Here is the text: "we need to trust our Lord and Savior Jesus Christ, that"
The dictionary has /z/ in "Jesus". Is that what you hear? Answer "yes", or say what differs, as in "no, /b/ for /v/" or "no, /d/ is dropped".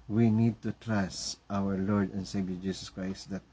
no, /s/ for /z/